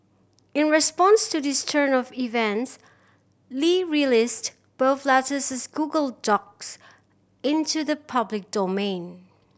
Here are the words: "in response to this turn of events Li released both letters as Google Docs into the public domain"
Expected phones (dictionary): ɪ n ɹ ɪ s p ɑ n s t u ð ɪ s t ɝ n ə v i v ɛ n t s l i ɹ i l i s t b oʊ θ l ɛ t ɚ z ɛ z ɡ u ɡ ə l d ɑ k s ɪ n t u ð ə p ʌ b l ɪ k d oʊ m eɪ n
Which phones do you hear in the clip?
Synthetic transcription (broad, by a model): ɪ n ɹ ɪ s p ɑ n s t u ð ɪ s t ɝ n ə v i v ɛ n t s l i ɹ i l i s t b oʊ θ l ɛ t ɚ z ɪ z ɡ u ɡ ə l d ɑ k s ɪ n t u ð ə p ʌ b l ɪ k d oʊ m eɪ n